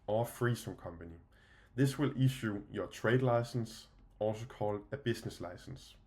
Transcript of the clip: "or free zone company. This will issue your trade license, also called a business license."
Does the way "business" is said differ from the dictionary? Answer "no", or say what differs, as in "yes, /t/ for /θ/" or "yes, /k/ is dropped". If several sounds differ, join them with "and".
yes, /s/ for /z/